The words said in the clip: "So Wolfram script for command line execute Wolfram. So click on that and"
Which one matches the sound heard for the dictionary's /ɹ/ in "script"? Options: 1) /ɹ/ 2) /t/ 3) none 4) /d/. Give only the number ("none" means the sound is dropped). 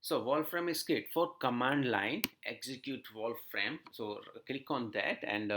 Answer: 3